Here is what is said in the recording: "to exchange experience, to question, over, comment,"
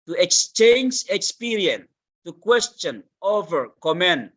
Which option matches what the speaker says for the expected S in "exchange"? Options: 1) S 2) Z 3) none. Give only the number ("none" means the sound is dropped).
1